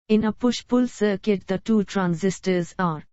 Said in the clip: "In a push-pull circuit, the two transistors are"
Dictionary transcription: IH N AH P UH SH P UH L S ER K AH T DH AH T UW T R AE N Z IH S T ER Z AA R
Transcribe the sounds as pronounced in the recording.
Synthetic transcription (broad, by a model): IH N AH P UH SH P UH L S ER K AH T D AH T UW T R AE N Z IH S T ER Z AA R